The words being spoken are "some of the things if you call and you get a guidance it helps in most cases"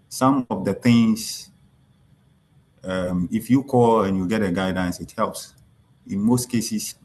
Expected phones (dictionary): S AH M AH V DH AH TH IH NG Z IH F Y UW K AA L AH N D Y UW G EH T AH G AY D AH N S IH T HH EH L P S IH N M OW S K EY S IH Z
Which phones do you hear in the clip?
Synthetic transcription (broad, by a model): S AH M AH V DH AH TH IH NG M IH F Y UW K AA L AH N Y UW G EH T AH G AY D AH N S IH T HH EH L P S IH N M OW S K EY S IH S